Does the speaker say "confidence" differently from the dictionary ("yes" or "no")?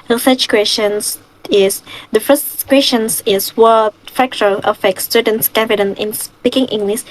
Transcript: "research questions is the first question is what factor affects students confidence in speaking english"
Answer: yes